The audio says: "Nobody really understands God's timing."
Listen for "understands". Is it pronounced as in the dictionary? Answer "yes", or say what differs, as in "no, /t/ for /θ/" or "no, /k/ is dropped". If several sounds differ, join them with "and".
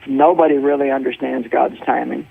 yes